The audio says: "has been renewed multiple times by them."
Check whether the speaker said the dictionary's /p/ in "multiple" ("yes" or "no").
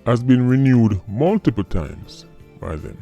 yes